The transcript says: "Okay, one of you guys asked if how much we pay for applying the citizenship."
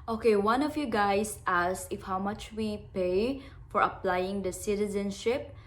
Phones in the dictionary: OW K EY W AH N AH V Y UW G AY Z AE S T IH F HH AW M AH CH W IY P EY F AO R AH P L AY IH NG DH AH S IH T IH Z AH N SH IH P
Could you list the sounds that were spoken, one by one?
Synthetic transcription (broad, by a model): OW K EY W AH N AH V Y UW G AY S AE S IH F HH AW M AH CH W IY P EY F AO R AH P L AY IH NG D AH S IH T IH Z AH N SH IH P